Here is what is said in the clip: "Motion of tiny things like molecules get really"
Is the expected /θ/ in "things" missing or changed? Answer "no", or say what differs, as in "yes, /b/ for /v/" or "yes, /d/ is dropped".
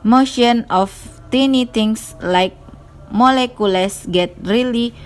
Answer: yes, /t/ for /θ/